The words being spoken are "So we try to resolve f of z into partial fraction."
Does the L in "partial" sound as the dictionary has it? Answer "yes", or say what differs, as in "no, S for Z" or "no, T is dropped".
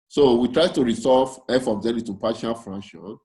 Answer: no, N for L